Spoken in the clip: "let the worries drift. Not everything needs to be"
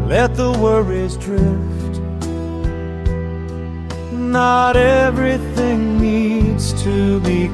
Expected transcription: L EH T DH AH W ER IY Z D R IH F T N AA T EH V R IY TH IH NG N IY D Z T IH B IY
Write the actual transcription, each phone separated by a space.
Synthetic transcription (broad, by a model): L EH T DH AH W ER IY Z D R IH F T N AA T EH V R IY TH IH NG N IY D Z T IH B IY